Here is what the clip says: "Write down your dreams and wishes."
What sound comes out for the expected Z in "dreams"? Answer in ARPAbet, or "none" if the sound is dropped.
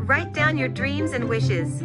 Z